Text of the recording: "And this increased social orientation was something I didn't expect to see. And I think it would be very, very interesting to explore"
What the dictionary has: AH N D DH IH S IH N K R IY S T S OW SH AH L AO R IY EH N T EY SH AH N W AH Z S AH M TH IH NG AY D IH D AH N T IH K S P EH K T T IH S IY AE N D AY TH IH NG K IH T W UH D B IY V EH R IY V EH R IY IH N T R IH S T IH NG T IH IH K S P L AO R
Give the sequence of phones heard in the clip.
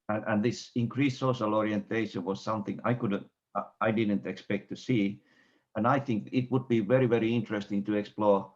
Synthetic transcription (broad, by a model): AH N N DH IH S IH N K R IY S S OW SH AH L AO R IY EH N T EY SH AH N W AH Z S AH M TH IH NG AY D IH D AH N T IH K S P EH K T T IH S IY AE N AY TH IH NG K IH T W UH D B IY V EH R IY V EH R IY IH N T R IH S T IH NG T IH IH K S P L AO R